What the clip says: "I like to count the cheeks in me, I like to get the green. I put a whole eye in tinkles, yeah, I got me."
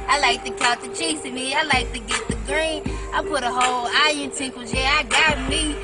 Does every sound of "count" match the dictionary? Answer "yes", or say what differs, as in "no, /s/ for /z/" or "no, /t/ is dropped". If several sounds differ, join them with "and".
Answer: no, /n/ is dropped